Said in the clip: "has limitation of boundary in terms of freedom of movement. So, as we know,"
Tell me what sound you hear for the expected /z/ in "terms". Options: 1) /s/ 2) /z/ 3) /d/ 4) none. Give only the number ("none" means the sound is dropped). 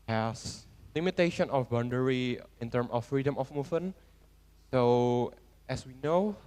4